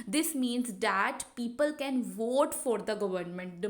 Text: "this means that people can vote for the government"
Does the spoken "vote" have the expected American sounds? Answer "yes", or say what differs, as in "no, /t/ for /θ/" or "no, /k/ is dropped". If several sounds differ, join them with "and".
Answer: yes